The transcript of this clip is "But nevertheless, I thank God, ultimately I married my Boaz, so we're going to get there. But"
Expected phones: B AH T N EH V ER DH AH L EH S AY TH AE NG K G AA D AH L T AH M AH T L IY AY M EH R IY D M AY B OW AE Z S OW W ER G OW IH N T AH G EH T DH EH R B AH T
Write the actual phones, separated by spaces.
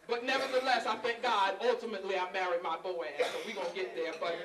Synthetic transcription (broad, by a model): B AH T N EH V ER DH AH L EH S AY F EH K G AA D AH L T AH M AH T L IY AY M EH R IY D M AY B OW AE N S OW W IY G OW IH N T G EH T DH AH R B AH T